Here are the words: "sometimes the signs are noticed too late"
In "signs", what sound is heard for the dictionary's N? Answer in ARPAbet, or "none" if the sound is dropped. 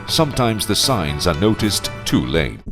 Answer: N